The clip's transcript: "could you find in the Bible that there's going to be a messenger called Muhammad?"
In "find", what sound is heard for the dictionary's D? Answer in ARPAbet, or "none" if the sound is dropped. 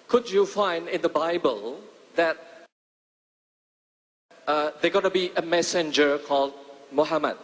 D